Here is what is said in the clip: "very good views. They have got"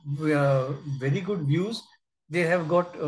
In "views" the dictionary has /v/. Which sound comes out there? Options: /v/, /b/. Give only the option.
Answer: /v/